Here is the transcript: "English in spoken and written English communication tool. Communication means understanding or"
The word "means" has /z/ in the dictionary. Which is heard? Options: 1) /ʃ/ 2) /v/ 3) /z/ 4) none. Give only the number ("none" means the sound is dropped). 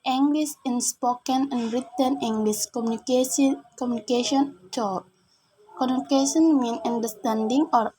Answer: 4